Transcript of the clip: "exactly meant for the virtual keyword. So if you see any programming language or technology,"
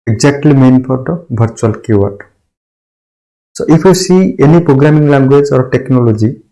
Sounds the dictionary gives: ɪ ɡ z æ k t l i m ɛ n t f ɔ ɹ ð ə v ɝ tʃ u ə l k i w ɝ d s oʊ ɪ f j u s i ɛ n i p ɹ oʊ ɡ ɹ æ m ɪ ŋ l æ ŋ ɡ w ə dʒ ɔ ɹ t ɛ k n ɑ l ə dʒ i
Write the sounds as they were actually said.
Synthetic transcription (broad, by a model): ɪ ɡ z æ k t l i m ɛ n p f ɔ ɹ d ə b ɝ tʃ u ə l k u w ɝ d s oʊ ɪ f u s i ɛ n i p ɹ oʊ ɡ ɹ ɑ m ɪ ŋ l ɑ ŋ ɡ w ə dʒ ɔ ɹ t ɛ k n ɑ l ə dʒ i